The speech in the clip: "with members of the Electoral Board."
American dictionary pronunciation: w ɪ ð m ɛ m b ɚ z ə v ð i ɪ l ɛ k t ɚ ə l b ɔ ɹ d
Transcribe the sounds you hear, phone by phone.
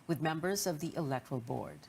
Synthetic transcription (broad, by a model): w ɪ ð m ɛ m b ɚ z ə v ð i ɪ l ɛ k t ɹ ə l b ɔ ɹ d